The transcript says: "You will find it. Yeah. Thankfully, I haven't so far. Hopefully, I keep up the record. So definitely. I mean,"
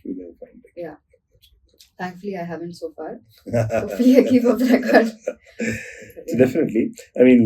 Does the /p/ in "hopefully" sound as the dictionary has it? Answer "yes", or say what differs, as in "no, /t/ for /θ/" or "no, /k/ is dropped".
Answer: no, /p/ is dropped